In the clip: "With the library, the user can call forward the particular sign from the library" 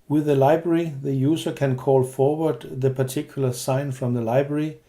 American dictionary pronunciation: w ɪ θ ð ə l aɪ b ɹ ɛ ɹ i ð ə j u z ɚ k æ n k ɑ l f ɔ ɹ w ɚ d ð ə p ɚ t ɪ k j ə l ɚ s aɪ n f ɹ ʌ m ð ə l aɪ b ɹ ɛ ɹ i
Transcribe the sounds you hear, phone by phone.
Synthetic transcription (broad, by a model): w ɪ ð ə l aɪ b ɹ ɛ ɹ i ð ə j u s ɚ k æ n k ɑ l f ɔ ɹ w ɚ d ð ə p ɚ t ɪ k j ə l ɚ s aɪ n f ɹ ʌ m ð ə l aɪ b ɹ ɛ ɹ i